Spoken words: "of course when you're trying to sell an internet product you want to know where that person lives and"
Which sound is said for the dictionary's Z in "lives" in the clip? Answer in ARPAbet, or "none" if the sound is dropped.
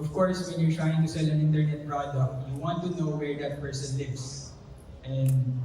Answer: S